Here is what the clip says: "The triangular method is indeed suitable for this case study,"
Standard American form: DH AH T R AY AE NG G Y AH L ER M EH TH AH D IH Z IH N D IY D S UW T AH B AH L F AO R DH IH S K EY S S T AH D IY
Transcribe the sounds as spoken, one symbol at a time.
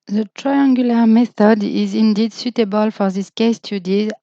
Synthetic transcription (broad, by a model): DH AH T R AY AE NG G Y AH L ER M EH TH AH D IH Z IH N D IY D S UW T AH B AH L F AO R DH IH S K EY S S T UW D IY